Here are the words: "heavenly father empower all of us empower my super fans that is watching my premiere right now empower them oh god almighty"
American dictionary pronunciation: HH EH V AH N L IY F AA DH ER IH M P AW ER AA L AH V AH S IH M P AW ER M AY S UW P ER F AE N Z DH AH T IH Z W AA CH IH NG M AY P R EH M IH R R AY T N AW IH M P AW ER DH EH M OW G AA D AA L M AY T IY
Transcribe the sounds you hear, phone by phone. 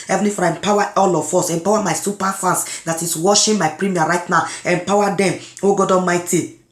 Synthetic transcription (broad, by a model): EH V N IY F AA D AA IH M P AW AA AA L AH F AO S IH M P AW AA M AY S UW P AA F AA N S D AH T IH S W AA SH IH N M AY P R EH M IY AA R AY T N AW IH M P AW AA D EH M OW G AA D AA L M AY T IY